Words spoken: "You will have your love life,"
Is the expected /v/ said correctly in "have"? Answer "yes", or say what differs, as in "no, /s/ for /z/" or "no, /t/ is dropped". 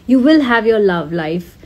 yes